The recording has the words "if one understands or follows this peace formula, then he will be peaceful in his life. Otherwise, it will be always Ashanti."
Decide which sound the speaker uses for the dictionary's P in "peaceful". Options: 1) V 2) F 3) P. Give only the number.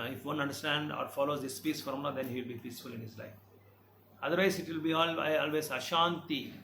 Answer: 3